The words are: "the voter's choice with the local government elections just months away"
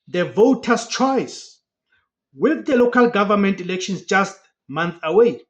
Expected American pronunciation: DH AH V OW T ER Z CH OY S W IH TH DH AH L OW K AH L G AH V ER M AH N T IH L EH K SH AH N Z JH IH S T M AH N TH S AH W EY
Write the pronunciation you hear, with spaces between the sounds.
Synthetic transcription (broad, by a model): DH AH V OW T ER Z CH OY S W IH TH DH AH L OW K AH L G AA V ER M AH N T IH L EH K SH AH N S JH IH S T M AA N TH AH W EY